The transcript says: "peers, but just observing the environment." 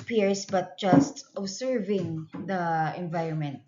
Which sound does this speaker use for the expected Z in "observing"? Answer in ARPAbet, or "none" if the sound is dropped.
S